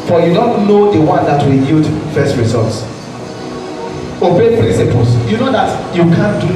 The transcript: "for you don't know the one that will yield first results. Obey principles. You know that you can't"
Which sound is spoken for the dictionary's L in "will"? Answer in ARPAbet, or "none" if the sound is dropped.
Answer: N